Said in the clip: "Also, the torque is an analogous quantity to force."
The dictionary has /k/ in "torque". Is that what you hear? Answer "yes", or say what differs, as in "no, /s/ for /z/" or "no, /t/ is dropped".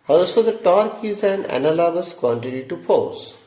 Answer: yes